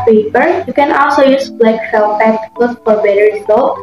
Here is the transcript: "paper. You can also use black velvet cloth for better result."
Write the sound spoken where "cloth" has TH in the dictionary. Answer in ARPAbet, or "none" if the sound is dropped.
S